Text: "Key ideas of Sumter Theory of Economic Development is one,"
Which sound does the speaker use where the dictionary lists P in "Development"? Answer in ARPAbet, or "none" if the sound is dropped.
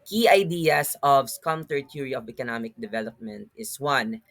P